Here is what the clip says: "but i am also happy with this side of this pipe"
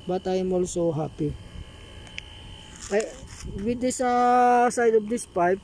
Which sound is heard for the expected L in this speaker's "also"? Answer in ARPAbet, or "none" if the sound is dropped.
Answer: L